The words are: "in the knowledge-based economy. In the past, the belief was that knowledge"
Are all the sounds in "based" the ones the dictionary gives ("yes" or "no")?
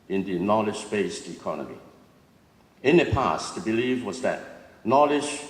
yes